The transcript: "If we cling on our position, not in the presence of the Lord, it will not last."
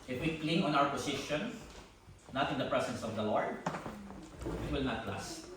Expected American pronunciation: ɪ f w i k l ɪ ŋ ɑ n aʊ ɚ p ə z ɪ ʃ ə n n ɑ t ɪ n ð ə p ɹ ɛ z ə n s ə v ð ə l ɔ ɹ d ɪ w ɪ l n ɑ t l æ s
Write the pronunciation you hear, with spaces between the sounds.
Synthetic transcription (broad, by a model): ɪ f w i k l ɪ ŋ ɑ n aʊ ɚ p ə s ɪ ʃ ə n n ɑ t ɪ n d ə p ɹ ɛ s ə n s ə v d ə l ɔ ɹ d ɪ w ɪ l n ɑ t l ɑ s